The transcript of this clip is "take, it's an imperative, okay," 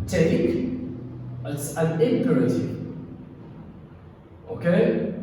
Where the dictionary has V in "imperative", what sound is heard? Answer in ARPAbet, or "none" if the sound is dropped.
none